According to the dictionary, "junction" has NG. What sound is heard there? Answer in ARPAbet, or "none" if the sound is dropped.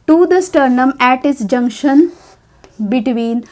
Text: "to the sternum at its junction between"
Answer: NG